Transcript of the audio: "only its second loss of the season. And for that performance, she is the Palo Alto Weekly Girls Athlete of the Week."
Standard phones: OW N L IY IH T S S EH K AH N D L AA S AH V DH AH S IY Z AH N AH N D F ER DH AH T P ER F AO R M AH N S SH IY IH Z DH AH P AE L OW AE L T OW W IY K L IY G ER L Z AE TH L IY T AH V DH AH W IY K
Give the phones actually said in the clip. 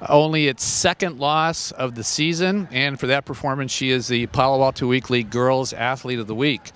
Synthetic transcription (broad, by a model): OW N L IY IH T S S EH K AH N D L AA S AH V DH AH S IY Z AH N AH N F ER DH AH T P ER F AO R M AH N S SH IY IH Z DH AH P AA L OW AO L T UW W IY K L IY G ER L Z AE TH L IY T AH V DH AH W IY K